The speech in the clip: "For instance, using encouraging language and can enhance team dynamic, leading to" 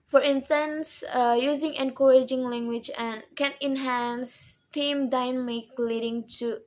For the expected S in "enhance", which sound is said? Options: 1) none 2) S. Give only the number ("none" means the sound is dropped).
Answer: 2